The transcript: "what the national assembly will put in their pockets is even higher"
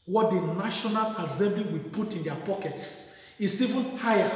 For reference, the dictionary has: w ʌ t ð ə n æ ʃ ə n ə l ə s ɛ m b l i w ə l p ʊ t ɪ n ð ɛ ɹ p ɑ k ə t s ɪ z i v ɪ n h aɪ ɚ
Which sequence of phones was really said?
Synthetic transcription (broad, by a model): w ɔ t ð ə n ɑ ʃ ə n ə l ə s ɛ m b l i w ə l p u t ɪ n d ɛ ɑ p ɑ k ə t s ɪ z i v ɪ n h aɪ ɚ